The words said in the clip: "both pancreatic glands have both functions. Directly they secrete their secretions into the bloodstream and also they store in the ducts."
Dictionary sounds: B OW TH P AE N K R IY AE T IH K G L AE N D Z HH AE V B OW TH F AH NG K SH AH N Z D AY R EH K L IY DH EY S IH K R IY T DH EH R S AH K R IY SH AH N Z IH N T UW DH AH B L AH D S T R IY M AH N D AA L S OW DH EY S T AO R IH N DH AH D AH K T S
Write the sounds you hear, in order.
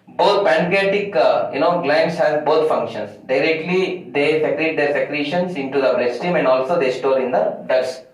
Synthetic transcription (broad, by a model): B OW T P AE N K IY T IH K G L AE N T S HH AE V B OW T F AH NG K SH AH N S D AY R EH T L IY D EY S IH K R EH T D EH R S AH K R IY SH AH N S IH N T UW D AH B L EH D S T IY M AH N D AA L S OW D EY S T AO R IH N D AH D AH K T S